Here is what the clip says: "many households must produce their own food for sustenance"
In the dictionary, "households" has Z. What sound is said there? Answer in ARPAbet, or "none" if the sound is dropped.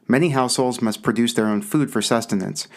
Z